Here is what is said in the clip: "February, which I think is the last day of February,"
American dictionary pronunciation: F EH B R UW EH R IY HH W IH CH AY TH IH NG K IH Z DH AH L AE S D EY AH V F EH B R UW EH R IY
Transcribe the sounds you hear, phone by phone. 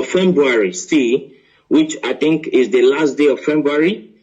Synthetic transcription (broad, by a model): F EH B R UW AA R IY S W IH CH AY TH IH NG K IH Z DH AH L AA S D EY AH V F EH B R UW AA R IY